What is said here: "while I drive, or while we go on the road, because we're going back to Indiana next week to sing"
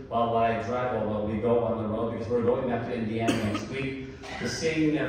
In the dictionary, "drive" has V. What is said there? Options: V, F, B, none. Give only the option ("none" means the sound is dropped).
none